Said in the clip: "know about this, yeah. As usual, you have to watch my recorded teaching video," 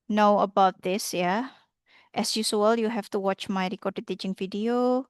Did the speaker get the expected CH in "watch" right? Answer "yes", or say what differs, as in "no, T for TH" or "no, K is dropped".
yes